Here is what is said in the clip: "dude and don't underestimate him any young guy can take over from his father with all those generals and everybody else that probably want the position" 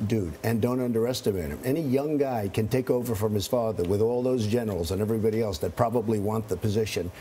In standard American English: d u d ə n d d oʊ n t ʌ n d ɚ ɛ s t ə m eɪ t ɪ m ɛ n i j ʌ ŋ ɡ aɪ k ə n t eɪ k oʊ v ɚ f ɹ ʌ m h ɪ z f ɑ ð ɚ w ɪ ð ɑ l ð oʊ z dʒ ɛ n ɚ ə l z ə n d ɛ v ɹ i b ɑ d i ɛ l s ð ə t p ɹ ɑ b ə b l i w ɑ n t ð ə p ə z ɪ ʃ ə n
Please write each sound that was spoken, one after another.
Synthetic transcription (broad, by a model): d u d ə n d d oʊ n t ʌ n d ɚ ɛ s t ə m eɪ t ɪ m ɛ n i j ʌ ŋ ɡ aɪ k ə n t eɪ k oʊ v ɚ f ɹ ʌ m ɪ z f ɑ ð ɚ w ɪ ð ɑ l ð oʊ z dʒ ɛ n ɚ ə l z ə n ɛ v ɹ i b ɑ d i ɛ l s ð ə t p ɹ ɑ b ə b l i w ɑ n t ð ə p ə z ɪ ʃ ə n